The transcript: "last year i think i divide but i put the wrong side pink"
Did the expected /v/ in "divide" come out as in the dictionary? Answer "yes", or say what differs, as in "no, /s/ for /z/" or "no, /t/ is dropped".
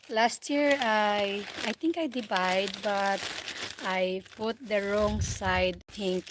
no, /b/ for /v/